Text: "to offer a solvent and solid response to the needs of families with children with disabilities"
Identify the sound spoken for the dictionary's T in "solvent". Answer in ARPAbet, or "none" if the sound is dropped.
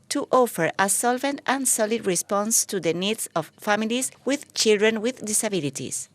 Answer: T